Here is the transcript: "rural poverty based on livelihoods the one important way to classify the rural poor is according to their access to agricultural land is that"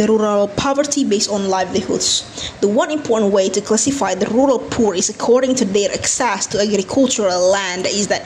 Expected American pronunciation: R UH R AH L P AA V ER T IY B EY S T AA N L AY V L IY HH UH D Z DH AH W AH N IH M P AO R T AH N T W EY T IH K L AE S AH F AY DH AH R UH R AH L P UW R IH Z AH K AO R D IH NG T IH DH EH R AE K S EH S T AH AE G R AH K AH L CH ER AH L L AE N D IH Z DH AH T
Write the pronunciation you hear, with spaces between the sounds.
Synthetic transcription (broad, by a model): R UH R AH L P AA V ER T IY B EY S T N L AY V L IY HH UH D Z DH AH W AH N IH M P AO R T N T W EY T IH K L AE S AH F AY DH AH R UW R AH L P UW R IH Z AH K AO R D IH NG T IH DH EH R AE K S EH S T AH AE G R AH K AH L CH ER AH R L AE N D IH Z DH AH T